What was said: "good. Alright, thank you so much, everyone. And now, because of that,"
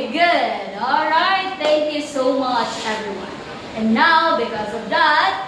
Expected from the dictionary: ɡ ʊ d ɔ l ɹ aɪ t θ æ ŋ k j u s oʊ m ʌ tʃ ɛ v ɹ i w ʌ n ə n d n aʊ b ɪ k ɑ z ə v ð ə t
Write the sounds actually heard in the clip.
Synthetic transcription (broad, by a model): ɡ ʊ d ɔ l ɹ aɪ t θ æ ŋ k j u s oʊ m ʌ tʃ ɛ v ɹ i w ʌ n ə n n aʊ b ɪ k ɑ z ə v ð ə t